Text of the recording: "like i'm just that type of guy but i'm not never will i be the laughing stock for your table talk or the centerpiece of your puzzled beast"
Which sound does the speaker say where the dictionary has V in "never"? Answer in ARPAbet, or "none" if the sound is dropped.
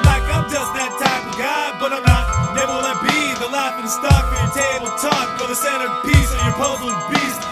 none